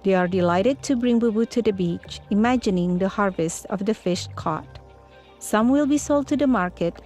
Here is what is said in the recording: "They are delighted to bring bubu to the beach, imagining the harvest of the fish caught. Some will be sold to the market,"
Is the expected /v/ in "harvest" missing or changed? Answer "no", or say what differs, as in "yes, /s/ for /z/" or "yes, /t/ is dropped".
no